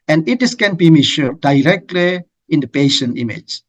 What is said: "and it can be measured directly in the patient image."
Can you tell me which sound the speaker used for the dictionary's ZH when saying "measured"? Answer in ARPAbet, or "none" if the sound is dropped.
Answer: SH